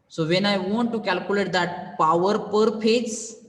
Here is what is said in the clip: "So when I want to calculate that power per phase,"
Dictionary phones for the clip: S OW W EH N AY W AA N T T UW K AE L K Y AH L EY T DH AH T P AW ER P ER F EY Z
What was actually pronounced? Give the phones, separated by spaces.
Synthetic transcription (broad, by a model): S OW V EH N AY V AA N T T UW K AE L K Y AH L EY T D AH T P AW ER P ER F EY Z